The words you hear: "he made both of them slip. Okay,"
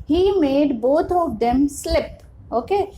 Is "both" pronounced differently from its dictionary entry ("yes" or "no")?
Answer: yes